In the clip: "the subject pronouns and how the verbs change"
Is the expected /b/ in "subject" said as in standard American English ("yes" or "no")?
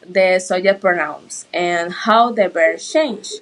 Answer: no